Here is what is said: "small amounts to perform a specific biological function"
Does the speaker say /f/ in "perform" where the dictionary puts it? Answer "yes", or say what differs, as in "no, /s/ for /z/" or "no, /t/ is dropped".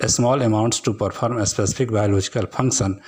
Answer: no, /p/ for /f/